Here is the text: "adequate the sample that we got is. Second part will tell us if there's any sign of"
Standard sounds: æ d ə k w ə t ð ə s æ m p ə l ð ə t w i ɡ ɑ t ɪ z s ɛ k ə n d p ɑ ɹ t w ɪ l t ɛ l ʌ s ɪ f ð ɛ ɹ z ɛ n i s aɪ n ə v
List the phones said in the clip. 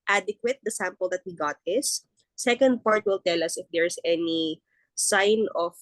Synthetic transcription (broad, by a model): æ d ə k w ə t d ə s æ m p ə l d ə t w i ɡ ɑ t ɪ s s ɛ k ə n d p ɑ ɹ t w ɪ l t ɛ l ʌ s ɪ f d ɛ ɹ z ɛ n i s aɪ n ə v